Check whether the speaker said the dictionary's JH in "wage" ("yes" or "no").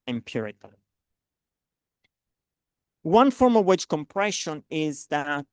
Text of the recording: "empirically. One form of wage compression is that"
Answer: no